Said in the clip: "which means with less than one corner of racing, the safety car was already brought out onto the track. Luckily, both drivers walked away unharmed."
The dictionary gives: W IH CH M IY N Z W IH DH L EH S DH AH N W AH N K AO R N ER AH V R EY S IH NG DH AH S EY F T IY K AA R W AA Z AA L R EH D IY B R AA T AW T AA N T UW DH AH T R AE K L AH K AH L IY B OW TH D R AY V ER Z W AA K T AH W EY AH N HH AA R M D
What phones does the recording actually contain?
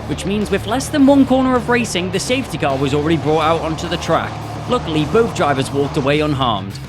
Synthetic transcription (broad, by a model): W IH CH M IY N Z W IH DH L EH S DH AH N W AH N K AO R N ER AH V R EY S IH NG DH AH S EY F T IY K AA R W AA Z AA L R EH D IY B R AA T AW T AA N T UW DH AH T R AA K L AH K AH L IY B OW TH D R AY V ER Z W AA K T AH W EY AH N HH AA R M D